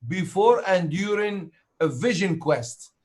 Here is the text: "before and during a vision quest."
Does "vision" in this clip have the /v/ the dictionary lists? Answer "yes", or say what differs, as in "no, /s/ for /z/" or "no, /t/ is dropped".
yes